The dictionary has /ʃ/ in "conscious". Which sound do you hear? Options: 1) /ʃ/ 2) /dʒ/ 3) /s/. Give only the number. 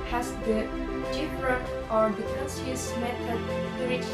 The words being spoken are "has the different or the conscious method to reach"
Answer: 3